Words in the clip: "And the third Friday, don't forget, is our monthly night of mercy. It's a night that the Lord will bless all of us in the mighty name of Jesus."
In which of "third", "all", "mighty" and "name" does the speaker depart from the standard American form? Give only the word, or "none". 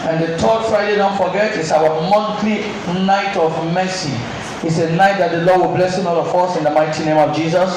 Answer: third